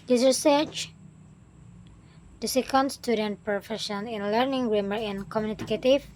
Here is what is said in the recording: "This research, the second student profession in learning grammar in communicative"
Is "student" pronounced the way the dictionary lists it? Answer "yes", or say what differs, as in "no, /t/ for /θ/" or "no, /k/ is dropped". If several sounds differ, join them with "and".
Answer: yes